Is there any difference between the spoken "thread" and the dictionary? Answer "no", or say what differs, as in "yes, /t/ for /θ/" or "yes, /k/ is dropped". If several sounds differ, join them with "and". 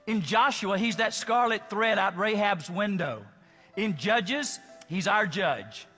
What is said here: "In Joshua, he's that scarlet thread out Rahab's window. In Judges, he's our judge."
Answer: no